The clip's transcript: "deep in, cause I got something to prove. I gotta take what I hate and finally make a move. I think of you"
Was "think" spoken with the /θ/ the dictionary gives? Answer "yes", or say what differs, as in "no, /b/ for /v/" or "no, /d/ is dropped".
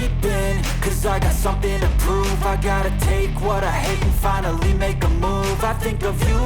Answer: yes